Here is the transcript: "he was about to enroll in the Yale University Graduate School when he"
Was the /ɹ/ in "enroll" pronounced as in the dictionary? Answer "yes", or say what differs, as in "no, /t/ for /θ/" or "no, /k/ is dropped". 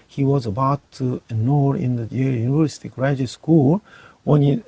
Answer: no, /ɹ/ is dropped